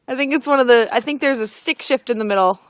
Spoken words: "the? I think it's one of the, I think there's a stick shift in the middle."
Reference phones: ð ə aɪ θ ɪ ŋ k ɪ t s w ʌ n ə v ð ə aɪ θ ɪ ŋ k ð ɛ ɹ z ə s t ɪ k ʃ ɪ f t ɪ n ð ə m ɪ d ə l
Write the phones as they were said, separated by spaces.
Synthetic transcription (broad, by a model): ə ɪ θ ɪ ŋ k ɪ t s w ʌ n ə v ð ə aɪ θ ɪ ŋ k ð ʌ ɹ z ə s t ɪ k ʃ ɪ f t ɪ n ð ə m ɪ d l